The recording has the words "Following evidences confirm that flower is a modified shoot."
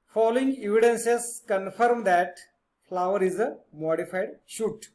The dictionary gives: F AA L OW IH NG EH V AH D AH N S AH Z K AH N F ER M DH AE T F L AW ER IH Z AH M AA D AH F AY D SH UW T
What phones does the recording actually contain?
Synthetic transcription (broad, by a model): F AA L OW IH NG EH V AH D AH N S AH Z K AH N F ER M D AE T F L AW ER IH Z AH M AA D AH F AY D SH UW T